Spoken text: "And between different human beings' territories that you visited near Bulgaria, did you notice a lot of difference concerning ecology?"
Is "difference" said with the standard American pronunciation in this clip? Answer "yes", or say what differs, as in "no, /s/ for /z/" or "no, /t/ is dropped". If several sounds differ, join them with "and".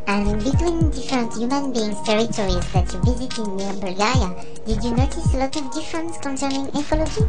yes